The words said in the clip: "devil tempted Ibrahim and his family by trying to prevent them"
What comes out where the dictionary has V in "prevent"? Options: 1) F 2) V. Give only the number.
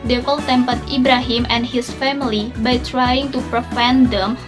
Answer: 1